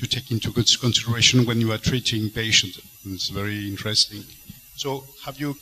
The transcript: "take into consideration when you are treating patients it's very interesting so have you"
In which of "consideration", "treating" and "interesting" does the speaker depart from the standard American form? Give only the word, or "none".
none